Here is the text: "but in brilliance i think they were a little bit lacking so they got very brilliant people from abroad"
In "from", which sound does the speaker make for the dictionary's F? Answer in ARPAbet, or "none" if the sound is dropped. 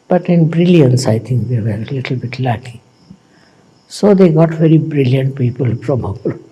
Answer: P